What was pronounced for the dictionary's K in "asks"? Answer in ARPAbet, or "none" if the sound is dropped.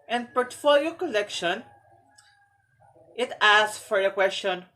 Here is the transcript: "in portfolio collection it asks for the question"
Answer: none